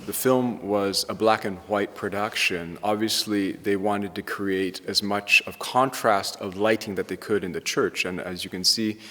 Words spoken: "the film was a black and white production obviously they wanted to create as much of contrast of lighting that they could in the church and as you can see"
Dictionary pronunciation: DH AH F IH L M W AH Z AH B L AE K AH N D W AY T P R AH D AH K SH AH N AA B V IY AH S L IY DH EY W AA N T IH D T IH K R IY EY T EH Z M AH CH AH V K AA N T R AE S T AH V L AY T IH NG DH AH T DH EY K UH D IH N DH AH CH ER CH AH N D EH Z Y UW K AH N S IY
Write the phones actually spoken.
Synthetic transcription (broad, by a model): DH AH F IH L M W AH Z AH B L AE K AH N W AY T P R AH D AH K SH AH N AA B V IY AH S L IY DH EY W AA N T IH D T IH K R IY EY T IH Z M AH CH AH V K AA N T R AE S T AH V L AY T IH NG DH AH T DH EY K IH D IH N DH AH CH ER CH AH N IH Z Y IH K AH N S IY